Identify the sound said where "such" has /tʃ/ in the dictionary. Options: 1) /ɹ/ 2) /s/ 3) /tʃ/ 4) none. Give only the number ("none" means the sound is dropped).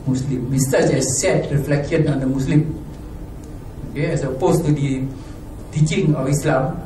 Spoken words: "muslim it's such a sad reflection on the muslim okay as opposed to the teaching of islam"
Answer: 2